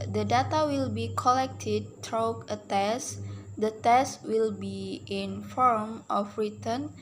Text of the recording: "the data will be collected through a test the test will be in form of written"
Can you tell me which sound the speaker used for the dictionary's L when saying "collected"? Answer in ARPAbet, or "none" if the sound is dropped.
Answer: L